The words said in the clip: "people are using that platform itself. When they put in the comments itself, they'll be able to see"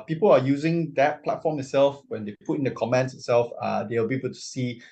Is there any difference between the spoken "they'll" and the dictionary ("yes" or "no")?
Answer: yes